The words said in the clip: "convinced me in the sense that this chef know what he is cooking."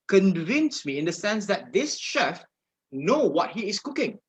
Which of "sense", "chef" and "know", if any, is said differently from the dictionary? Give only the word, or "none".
none